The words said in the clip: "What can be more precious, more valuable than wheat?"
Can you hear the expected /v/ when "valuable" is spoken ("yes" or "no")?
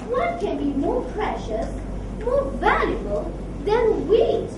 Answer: yes